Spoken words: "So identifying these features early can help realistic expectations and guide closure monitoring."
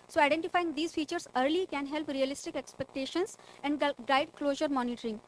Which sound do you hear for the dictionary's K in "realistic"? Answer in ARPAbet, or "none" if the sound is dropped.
K